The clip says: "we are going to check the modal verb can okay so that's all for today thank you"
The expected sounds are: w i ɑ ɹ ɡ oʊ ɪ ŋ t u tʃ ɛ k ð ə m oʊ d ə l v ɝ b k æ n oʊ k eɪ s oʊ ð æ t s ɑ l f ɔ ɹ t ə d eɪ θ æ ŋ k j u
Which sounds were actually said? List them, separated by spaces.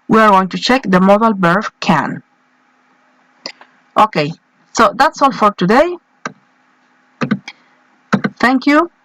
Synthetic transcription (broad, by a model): w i ɑ ɹ ɡ oʊ ɪ ŋ t u tʃ ɛ k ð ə m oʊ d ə l b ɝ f k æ n oʊ k eɪ s oʊ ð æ t s ɑ l f ɔ ɹ t ə d eɪ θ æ ŋ k j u